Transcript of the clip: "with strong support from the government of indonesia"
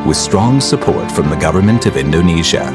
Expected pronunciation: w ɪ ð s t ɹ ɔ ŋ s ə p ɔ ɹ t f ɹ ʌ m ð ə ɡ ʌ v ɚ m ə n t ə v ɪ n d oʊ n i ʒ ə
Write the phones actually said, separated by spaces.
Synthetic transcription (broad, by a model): w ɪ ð s t ɹ ɔ ŋ s ə p ɔ ɹ t f ɹ ʌ m ð ə ɡ ʌ v ɚ m ə n t ə v ɪ n d oʊ n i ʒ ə